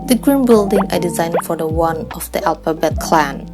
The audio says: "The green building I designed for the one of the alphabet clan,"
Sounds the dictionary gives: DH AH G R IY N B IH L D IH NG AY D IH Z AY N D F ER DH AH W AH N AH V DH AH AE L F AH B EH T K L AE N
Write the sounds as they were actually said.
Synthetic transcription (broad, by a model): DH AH G R IY N B IH L D IH NG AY D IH Z AY N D F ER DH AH W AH N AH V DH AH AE L P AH B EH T K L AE N